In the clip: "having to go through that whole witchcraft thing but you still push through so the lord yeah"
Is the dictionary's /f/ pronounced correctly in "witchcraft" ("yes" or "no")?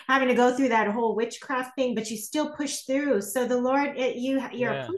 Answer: yes